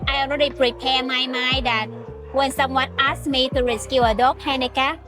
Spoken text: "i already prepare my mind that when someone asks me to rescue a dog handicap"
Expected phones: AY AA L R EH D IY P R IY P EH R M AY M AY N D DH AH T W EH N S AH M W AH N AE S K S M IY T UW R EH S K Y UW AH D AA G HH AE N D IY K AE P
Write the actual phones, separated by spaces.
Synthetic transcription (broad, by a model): AY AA N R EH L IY P R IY P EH M AY M AY D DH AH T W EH N S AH M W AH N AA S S M IY T UW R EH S K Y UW AH D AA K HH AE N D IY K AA